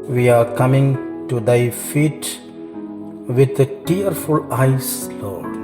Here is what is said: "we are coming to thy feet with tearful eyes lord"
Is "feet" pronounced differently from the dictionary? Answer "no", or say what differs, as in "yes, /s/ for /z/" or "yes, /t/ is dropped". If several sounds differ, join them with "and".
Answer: no